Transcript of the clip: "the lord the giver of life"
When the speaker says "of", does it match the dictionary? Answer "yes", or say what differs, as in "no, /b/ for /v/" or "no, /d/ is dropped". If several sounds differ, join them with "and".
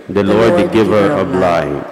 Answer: no, /b/ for /v/